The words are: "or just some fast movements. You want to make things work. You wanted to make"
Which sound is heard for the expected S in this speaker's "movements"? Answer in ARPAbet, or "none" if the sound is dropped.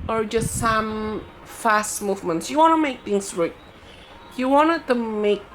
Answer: S